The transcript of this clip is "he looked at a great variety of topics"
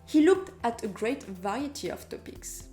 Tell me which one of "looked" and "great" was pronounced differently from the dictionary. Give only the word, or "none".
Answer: none